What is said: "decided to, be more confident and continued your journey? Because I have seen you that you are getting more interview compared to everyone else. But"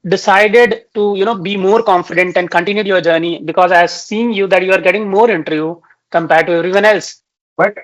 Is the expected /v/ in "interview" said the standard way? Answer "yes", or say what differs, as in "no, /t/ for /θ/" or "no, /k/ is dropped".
no, /v/ is dropped